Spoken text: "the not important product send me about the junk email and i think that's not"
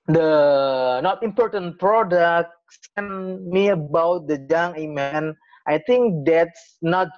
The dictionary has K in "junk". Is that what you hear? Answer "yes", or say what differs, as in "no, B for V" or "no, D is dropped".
no, K is dropped